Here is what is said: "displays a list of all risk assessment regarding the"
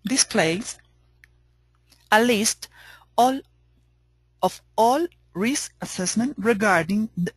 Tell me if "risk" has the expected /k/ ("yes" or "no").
no